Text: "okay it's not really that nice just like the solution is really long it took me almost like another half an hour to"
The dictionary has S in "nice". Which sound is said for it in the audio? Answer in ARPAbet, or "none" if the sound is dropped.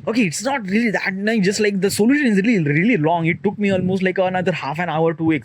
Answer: none